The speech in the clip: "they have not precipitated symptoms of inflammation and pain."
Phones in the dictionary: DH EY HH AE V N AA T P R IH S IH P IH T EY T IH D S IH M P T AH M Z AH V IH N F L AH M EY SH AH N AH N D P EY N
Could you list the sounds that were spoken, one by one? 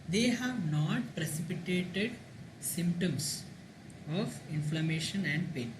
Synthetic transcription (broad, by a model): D EY HH AE V N AA T P R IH S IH P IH T EY T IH D S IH M P T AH M S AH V IH N F L AH M EY SH AH N AH N D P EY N